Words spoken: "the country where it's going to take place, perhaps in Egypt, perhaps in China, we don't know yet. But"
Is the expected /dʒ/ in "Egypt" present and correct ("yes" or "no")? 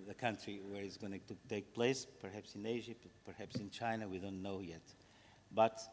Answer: no